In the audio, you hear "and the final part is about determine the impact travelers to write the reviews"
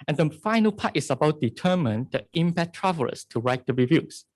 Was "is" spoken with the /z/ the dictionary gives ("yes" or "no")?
no